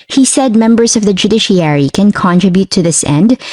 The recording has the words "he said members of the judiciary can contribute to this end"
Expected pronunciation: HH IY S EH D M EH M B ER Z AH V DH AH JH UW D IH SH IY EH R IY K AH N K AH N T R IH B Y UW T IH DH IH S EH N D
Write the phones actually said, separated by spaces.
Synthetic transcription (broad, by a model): HH IY S EH D M EH M B ER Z AH V DH AH JH UW D IH SH IY EH R IY K AH N K AH N T R IH B Y UW T IH DH IH S EH N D